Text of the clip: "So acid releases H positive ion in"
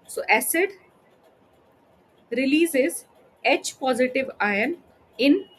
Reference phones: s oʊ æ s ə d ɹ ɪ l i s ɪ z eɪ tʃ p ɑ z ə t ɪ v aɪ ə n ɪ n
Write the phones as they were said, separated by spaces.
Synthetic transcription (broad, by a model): s oʊ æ s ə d ɹ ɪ l i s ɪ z eɪ tʃ p ɑ z ə t ɪ v aɪ ə n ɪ n